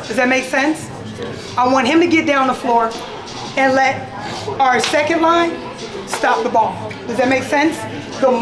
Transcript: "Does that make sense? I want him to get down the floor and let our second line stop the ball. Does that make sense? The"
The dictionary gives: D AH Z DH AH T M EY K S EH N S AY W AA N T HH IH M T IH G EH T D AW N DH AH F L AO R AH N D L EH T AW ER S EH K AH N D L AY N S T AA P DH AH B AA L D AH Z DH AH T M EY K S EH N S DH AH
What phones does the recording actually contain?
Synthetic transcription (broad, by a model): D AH Z DH AH T M EY K S EH N S AY W AA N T HH IH M T IH G EH T D AW N DH AH F L AO R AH N L EH T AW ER S EH K AH N D L AY N S T AA P DH AH B AA L D AH Z DH AH T M EY K S EH N S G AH